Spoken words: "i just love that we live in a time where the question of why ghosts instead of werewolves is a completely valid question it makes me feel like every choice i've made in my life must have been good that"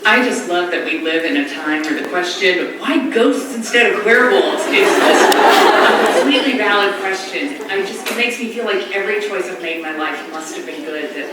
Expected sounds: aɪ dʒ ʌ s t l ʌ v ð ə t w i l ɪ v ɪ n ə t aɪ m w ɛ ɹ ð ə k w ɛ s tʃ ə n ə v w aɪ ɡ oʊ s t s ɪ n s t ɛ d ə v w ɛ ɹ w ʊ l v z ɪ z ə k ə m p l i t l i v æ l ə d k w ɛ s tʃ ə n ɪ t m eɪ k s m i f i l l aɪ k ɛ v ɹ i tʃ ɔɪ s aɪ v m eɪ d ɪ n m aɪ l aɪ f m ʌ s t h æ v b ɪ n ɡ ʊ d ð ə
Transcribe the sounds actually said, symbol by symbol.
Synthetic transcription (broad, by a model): aɪ dʒ ʌ s t l ʌ v ð ə t w i l ɪ v ɪ n ə t aɪ m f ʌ ɹ ð ə k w ɛ s tʃ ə n ə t w aɪ ɡ oʊ s t s ɪ n s t ɛ d ə v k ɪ ɹ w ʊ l z ɪ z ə k ə m p l i t l i v æ l ə d k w ɛ s tʃ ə n ɪ t m eɪ k s m i f i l l aɪ k ɛ v ɹ i tʃ ɔɪ s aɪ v m eɪ d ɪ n m aɪ l aɪ f m ʌ s t h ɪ v b ɪ n ɡ ʊ d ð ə